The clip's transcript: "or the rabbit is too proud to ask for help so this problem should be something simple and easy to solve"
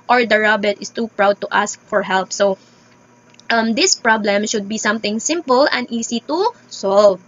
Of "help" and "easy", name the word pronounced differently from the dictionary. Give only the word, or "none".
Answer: easy